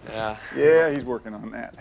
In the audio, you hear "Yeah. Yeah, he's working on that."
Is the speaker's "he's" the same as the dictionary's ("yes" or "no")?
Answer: yes